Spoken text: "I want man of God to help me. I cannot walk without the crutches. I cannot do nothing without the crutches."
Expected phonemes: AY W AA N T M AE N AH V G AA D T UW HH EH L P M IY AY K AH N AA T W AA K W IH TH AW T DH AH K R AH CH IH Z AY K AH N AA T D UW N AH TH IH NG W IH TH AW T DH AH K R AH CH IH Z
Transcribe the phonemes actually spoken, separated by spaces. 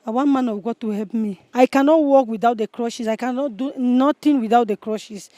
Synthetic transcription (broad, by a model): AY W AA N M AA N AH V G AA T UW HH EH L P M IY AY K AH N AA T W AA K W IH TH AW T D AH K R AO SH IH S AY K AH N AA T D UW N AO T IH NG W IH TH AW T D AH K R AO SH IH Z